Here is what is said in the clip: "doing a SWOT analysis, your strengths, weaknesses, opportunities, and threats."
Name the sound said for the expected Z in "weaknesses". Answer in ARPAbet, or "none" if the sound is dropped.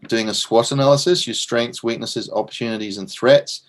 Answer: Z